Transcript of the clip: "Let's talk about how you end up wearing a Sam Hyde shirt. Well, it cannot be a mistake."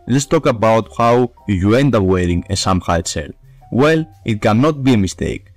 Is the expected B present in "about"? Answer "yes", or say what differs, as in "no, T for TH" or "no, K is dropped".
yes